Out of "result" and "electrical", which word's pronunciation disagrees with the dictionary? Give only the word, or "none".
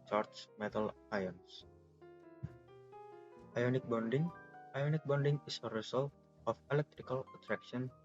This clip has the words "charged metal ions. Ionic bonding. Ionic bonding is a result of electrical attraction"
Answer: result